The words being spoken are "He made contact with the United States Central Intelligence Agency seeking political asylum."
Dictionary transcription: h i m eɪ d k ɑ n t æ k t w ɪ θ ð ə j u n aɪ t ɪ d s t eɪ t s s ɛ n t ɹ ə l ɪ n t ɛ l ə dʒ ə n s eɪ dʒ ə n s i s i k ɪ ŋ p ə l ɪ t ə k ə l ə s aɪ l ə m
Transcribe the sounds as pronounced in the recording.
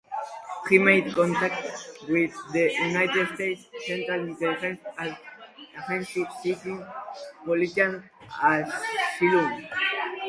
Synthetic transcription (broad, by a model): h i m eɪ d k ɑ n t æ k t w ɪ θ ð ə j u n aɪ t ɪ d s t eɪ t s s ɛ n t ɹ ə l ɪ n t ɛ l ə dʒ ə n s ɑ z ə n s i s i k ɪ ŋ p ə l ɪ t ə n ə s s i l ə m